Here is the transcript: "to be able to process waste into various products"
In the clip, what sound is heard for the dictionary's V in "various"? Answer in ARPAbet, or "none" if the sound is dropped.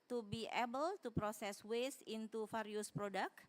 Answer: F